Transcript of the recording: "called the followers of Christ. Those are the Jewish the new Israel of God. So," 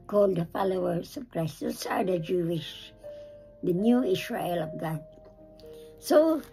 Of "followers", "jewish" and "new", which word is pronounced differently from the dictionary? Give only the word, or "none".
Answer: followers